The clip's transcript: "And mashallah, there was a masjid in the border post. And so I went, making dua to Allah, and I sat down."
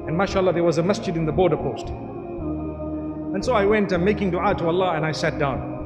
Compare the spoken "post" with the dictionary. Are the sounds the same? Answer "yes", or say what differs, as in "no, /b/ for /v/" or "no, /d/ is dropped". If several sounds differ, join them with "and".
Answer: yes